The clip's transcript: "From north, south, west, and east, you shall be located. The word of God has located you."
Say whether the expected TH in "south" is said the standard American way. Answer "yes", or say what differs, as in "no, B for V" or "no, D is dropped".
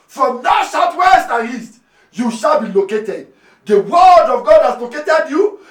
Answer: no, T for TH